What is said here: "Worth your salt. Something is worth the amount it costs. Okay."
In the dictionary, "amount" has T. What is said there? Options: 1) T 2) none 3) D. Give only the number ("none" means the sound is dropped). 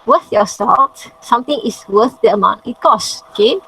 2